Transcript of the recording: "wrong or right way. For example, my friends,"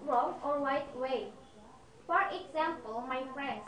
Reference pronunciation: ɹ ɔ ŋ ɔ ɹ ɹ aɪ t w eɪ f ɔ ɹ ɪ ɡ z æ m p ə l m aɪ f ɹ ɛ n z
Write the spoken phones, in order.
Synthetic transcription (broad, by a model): ɹ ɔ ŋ ɔ ɹ w aɪ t w eɪ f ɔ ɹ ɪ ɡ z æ m p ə l m aɪ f ɹ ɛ n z